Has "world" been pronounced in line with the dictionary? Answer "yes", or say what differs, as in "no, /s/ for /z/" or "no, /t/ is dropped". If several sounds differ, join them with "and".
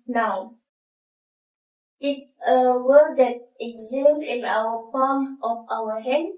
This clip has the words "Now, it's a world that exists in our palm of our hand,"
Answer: no, /l/ is dropped